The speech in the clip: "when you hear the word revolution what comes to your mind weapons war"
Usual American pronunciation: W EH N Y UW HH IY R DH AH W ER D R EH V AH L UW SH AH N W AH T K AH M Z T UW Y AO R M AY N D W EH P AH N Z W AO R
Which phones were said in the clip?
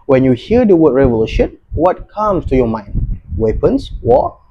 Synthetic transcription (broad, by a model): W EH N Y UW HH IY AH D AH W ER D R EH V AH L UW SH AH N W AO T K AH M S T UW Y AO M AY N D W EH P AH N S W AO